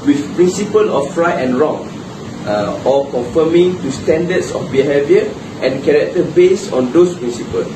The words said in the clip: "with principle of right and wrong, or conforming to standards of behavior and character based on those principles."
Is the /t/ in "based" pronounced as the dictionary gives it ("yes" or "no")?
no